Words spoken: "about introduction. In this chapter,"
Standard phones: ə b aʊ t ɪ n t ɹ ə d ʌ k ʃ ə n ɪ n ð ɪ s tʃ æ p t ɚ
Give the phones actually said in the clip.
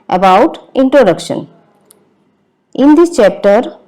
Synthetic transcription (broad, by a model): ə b aʊ t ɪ n t ɹ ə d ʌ k ʃ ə n ɪ n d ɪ tʃ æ p t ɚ